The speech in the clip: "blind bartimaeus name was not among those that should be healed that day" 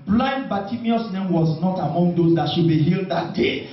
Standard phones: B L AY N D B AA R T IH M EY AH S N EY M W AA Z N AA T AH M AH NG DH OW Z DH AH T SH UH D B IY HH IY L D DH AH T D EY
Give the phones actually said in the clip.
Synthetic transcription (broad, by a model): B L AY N B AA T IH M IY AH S N EY M W AA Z N AA T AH M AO NG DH OW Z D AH T SH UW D B IY HH IY L D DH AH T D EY